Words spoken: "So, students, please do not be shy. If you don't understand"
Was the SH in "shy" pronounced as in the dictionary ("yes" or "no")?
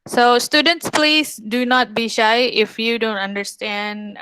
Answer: yes